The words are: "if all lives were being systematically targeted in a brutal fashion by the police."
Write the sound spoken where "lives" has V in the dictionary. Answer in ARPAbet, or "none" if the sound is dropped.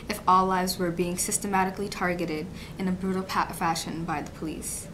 V